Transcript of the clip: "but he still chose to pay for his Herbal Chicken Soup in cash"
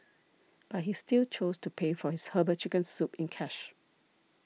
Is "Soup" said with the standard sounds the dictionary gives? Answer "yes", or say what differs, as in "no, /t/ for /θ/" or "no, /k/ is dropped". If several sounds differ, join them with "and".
yes